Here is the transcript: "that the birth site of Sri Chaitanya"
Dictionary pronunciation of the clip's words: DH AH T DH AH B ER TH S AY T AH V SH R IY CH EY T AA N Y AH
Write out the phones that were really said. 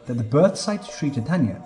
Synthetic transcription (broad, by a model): DH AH T DH AH B ER TH S AY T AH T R IY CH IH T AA N Y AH